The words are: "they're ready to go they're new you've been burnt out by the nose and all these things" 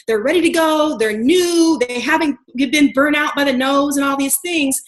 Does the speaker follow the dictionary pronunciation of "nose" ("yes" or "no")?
yes